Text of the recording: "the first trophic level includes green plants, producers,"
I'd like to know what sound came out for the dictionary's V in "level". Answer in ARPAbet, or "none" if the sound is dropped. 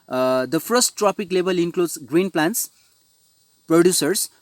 B